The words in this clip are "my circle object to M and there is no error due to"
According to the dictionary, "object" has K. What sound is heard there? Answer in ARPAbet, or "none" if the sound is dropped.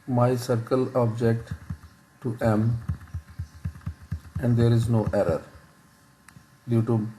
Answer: K